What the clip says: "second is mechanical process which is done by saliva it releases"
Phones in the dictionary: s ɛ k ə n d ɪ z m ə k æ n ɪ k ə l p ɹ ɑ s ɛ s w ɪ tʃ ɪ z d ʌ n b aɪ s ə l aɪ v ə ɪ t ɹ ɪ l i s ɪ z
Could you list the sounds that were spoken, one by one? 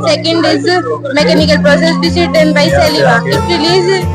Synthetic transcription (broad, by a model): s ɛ k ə n d ɪ z m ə k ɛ n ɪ k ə l p ɹ ɑ s ɛ s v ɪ s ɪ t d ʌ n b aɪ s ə l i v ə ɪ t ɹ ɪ l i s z